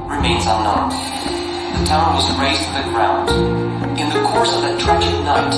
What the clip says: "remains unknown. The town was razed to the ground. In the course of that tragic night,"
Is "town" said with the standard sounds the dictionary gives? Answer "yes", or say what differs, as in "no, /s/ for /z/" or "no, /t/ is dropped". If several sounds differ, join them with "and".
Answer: yes